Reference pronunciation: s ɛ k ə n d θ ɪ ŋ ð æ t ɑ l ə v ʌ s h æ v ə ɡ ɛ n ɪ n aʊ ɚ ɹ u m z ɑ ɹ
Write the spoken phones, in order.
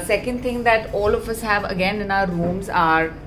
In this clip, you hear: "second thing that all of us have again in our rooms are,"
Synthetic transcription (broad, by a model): s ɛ k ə n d t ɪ ŋ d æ t ɑ l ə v ʌ s h æ v ə ɡ ɛ n ɪ n aʊ ɚ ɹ u m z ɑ ɹ